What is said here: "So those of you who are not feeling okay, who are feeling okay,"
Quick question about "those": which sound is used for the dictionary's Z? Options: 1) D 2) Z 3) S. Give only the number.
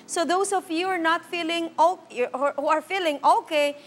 3